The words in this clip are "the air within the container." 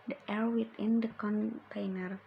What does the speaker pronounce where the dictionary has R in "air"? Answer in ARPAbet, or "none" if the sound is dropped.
R